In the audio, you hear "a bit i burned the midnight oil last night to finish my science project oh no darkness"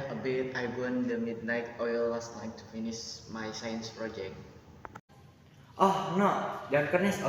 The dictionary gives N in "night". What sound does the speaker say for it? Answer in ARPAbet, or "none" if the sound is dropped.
L